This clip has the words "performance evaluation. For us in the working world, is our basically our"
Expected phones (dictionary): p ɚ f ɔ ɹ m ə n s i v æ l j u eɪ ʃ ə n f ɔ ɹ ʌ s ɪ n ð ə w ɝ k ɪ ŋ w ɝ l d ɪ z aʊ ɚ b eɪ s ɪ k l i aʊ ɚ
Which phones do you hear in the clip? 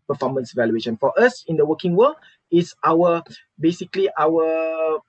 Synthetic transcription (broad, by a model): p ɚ f ɔ m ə n s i v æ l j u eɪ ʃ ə n f ɔ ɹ ʌ s ɪ n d ə w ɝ k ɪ ŋ w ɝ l ɪ s aʊ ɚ b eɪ s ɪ k l i aʊ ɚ